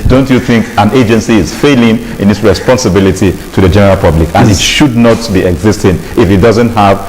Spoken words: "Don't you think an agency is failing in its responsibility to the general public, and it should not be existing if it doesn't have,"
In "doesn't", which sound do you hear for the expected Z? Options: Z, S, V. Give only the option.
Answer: Z